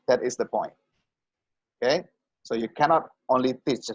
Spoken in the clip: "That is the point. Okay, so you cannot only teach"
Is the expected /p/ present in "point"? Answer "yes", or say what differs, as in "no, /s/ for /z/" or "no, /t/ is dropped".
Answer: yes